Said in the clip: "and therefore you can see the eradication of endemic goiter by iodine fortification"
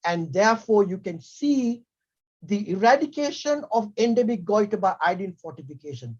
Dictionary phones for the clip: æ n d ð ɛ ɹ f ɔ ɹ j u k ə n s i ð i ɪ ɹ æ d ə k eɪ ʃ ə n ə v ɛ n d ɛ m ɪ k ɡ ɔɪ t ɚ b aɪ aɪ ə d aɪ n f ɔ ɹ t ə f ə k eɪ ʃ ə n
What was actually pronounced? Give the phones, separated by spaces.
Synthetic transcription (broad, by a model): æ n d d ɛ ɹ f ɔ ɹ j u k ə n s i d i ɪ ɹ æ d ə k eɪ ʃ ə n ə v ɛ n d ɛ m ɪ k ɡ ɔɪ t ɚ b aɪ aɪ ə d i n f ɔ ɹ t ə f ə k eɪ ʃ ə n